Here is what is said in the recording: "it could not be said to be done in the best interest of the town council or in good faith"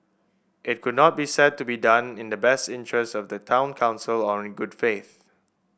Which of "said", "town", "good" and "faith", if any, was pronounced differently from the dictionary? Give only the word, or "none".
none